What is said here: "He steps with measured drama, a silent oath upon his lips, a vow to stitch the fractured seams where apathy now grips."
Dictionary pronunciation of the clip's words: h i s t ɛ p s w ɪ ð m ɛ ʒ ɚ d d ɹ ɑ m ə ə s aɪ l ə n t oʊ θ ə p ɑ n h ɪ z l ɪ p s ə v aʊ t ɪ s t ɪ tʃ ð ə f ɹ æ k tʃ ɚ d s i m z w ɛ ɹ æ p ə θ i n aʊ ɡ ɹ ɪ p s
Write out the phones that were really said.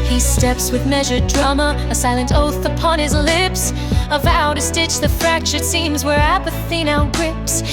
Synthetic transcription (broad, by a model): h i s t ɛ p s w ɪ ð m ɛ ʒ ɚ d d ɹ ɑ m ə ə s aɪ l ə n t oʊ θ ə p ɑ n ɪ z l ɪ p s ə v aʊ t ɪ s t ɪ tʃ ð ə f ɹ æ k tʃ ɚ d s i m z w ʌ ɹ æ p ə θ i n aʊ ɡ ɹ ɪ p s